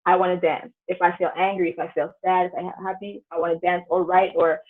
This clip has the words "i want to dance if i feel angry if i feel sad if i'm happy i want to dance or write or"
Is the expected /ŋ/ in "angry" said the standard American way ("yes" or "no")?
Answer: yes